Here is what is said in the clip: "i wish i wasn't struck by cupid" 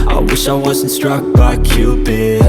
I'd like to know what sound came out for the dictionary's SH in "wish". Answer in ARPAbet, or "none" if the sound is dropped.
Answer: SH